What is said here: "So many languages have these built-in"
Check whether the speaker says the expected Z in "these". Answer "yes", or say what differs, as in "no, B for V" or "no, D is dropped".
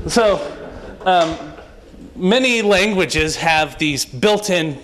yes